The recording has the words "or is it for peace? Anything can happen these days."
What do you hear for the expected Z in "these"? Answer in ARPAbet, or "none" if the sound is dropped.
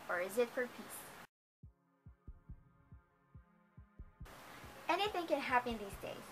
Z